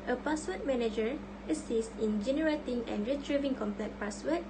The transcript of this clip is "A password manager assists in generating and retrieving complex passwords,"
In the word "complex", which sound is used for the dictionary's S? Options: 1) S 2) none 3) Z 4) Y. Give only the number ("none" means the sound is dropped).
2